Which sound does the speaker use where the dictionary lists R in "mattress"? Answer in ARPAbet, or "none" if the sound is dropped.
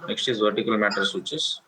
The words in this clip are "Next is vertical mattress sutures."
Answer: none